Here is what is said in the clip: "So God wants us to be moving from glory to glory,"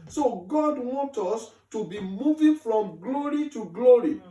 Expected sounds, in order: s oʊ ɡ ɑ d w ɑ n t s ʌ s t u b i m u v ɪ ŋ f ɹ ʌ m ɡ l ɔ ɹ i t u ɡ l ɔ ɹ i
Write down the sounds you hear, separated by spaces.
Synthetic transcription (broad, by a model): s oʊ ɡ ɑ d w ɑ n t ɔ s t u b i m u v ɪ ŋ f ɹ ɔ m ɡ l ɔ ɹ i t u ɡ l ɔ ɹ i